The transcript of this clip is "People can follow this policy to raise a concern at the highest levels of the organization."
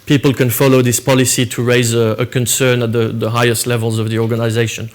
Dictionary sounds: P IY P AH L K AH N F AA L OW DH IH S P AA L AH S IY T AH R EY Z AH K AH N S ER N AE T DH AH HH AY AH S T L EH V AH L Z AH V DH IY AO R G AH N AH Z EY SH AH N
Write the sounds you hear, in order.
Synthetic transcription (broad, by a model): P IY P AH L K AH N F AA L OW DH IH S P AA L AH S IY T AH R EY Z AH K AH N S ER N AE T DH AH HH AY AH S T L EH V AH L Z AH V DH IY AO R G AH N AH Z EY SH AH N